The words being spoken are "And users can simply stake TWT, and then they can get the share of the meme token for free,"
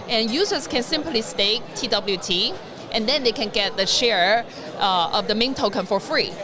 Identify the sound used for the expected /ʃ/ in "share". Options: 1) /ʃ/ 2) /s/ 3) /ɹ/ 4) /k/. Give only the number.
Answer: 1